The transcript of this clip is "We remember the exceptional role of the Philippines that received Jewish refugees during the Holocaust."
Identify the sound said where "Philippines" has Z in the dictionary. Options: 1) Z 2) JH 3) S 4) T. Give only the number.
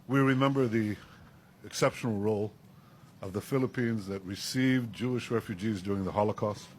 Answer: 1